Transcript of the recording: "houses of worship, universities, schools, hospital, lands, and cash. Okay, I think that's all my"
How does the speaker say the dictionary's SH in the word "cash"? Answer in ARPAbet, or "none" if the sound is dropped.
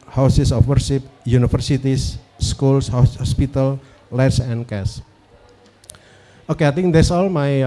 S